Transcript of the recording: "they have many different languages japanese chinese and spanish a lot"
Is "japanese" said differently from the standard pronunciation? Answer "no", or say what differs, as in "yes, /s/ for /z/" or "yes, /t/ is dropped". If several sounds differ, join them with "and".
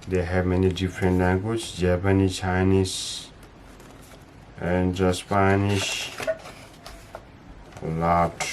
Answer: yes, /z/ is dropped